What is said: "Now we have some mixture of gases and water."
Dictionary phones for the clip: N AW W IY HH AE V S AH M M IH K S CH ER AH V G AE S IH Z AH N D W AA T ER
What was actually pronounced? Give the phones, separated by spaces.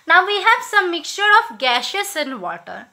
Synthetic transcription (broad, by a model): N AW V IY HH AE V S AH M M IH K S CH ER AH F G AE SH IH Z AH N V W AA T ER